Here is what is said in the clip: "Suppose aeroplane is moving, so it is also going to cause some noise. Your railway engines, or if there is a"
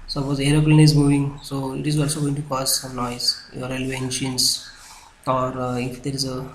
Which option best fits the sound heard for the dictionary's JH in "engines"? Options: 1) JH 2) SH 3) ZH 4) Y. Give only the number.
2